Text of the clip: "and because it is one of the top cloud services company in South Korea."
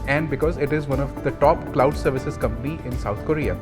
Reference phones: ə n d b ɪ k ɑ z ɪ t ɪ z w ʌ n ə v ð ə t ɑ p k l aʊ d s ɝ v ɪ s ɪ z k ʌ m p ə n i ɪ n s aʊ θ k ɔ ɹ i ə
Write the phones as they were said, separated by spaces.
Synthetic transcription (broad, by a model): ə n d b ɪ k ɑ z ɪ t ɪ z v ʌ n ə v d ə t ɑ p k l aʊ d s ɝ v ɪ s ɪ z k ʌ m p ə n i ɪ n s aʊ t k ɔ ɹ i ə